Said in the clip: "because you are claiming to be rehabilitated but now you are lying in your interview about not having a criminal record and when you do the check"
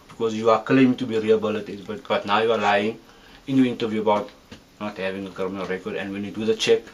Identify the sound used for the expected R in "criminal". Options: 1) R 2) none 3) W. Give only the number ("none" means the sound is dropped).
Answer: 2